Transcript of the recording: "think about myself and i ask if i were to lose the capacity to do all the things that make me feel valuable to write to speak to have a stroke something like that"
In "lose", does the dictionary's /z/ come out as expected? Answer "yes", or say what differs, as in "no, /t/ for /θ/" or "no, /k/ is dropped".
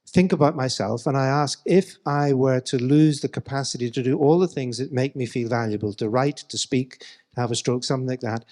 yes